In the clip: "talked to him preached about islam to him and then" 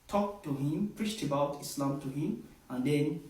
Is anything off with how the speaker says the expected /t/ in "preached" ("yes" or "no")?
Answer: no